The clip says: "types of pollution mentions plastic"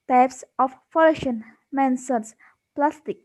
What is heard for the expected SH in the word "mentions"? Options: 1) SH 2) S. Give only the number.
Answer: 2